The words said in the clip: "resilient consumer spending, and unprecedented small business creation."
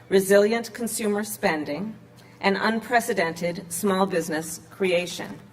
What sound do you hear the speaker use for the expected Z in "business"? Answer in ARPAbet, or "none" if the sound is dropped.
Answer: Z